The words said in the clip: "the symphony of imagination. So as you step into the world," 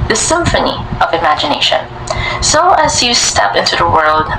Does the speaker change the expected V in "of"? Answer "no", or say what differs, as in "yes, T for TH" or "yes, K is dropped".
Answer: no